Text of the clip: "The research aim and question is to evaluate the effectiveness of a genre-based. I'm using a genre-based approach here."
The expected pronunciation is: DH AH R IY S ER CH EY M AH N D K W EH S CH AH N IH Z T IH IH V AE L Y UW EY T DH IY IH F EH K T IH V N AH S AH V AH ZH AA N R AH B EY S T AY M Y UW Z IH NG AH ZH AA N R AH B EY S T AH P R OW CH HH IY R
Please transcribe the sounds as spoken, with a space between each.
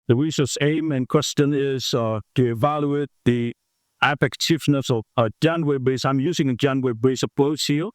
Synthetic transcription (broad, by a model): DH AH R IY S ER S EY M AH N K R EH S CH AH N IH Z T IH IH V AE L Y UW EY T DH IY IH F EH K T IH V N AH S AH V AH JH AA N W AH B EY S AY M Y UW Z IH NG AH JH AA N W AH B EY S AH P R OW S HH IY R